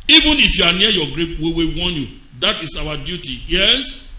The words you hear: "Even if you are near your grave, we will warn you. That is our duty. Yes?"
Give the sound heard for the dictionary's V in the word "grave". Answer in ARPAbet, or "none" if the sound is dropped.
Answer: P